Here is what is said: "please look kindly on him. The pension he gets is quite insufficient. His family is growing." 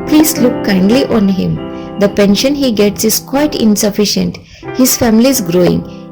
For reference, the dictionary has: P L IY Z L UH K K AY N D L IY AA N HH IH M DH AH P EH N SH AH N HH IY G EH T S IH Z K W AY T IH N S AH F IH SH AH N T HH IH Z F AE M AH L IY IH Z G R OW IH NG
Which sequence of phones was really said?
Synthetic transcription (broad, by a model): P L IY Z L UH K K AY N D L IY AA N HH IH M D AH P EH N SH AH N HH IY G EH T S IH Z K W AY T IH N S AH F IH SH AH N T HH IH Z F AE M AH L IY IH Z G R OW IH NG